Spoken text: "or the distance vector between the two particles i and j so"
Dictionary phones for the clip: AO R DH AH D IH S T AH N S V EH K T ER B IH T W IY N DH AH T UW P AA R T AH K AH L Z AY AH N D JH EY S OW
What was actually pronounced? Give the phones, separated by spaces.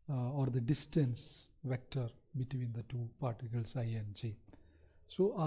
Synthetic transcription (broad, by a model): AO R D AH D IH S T AH N S V EH K T ER B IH T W IY N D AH T UW P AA R T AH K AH L S AY AH N D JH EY S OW